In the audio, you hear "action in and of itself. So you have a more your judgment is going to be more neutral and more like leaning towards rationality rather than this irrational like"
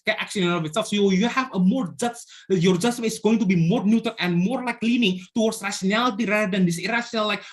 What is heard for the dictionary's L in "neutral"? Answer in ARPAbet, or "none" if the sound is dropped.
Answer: N